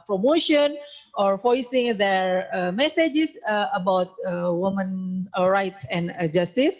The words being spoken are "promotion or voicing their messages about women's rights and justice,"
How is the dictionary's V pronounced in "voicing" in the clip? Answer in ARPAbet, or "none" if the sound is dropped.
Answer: F